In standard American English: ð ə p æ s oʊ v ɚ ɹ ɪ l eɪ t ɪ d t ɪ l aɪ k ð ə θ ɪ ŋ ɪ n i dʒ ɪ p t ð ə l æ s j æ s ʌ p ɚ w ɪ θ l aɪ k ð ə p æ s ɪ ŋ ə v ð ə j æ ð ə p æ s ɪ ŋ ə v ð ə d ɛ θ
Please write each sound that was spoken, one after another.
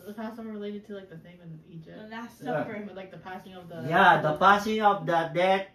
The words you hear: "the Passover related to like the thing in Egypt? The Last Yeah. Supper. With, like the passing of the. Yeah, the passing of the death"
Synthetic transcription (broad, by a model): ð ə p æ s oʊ ɚ ɹ ɪ l eɪ t ɪ d t ɪ l aɪ k ð ə s ɪ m ɪ n i dʒ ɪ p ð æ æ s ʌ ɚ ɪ l aɪ k ð ə p æ s ɪ ŋ ə v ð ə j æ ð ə p æ s ɪ ŋ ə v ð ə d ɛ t